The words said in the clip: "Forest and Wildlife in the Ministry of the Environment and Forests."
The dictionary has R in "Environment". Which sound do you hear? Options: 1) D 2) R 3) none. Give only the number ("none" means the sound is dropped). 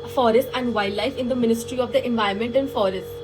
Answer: 3